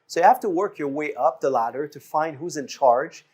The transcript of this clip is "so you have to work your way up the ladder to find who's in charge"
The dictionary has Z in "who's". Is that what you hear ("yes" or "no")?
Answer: yes